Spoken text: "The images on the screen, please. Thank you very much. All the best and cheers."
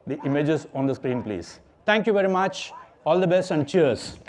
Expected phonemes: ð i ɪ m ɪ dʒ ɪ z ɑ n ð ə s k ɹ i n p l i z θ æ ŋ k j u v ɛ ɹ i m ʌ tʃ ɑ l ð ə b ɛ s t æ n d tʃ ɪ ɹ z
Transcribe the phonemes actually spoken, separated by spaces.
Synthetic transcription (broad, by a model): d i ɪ m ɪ dʒ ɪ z ɑ n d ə s k ɹ i n p l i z t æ ŋ k j u v ɛ ɹ i m ʌ tʃ ɑ l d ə b ɛ s t æ n d tʃ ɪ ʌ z